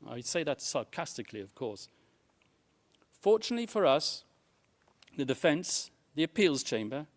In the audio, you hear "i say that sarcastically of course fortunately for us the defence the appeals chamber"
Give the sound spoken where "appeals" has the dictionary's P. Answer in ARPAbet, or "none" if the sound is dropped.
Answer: P